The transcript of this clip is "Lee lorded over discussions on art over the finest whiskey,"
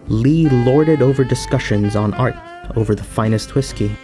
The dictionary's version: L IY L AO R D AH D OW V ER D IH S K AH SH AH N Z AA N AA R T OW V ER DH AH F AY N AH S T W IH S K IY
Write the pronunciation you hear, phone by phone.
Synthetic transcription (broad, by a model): L IY L AO R D AH D OW V ER D IH S K AH SH AH N Z N AA R T OW V ER DH AH F AY N AH S T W IH S K IY